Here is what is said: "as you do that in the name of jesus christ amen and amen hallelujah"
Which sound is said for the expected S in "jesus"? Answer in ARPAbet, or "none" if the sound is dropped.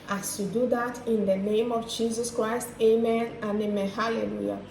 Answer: S